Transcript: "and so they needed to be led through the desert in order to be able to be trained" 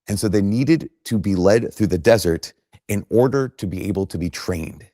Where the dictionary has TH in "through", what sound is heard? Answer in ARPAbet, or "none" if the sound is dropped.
TH